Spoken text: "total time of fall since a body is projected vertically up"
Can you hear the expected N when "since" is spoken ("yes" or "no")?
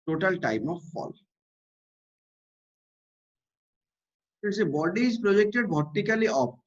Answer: no